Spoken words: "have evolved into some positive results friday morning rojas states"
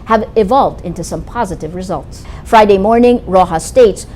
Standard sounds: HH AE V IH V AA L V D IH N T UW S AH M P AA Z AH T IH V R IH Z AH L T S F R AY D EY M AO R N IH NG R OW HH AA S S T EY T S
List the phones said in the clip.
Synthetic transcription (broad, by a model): HH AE V IH V AA L V D IH N T UW S AH M P AA Z AH T IH V R IH Z AH L T S F R AY D EY M AO R N IH NG R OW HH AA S S T EY T S